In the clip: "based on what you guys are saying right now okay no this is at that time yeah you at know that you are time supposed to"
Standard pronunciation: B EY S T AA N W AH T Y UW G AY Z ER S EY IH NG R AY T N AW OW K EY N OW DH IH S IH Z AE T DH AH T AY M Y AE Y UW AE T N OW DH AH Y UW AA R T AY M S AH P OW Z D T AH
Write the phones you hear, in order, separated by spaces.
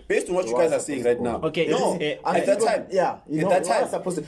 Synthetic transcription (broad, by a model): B EY S T AA N W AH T Y UW G AY Z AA S EY IH NG R AY T N AW OW K EY N OW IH IH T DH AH T AY M Y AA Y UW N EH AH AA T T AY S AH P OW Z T